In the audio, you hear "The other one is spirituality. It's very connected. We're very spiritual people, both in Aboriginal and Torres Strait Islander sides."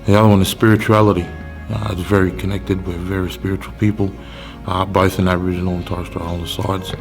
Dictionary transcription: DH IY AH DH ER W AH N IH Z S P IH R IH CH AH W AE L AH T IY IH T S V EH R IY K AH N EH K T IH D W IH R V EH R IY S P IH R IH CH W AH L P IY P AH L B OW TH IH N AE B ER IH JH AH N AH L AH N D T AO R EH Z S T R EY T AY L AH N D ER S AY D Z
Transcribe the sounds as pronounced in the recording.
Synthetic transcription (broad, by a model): DH IY AH DH ER W AH N IH Z S P IH R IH CH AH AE L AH T IY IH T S V EH R IY K AH N EH K T IH D W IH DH V EH R IY S P IH R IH CH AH L P IY P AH L B OW TH IH N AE ER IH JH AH N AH L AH N T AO UH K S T AH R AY AH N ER S AY D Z